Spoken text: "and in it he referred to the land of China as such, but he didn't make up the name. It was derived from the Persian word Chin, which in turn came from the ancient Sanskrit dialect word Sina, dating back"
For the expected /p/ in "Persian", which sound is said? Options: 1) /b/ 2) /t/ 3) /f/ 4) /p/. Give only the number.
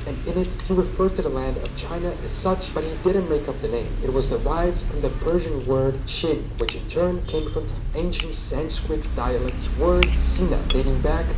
4